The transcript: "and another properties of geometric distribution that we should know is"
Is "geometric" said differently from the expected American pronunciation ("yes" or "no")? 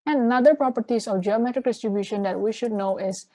no